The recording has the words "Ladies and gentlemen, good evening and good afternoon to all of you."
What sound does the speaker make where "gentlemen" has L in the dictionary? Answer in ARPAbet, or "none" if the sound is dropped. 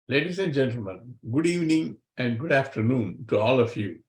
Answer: L